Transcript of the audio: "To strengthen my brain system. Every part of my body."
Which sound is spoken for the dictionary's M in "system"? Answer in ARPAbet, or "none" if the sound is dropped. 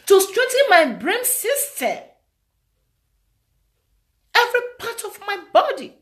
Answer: none